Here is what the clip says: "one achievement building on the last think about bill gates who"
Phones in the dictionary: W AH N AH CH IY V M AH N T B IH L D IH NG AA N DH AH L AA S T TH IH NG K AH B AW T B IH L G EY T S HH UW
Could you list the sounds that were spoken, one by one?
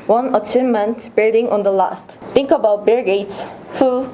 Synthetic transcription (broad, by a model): W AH N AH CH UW M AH N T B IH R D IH NG AA N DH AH L AA S T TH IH NG K AH B AW T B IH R G EY T S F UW